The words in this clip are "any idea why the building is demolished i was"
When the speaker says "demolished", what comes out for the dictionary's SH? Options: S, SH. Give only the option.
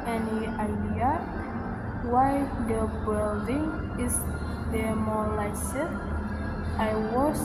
S